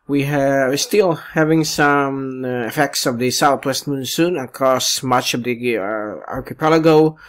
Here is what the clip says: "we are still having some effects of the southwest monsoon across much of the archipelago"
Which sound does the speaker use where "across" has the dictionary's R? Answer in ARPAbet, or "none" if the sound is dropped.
none